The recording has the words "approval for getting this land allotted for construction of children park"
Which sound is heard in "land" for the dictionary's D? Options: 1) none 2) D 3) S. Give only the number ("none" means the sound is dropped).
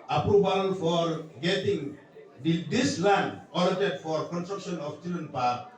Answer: 1